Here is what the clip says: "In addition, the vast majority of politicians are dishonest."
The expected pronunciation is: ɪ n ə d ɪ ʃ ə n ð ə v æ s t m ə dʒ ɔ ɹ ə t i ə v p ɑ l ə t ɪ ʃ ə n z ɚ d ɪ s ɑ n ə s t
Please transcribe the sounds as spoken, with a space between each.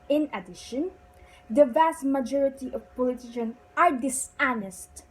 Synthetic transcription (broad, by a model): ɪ n ə d ɪ ʃ ə n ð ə v æ s t m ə dʒ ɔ ɹ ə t i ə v p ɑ l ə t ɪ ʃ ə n ɚ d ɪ s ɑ n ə s t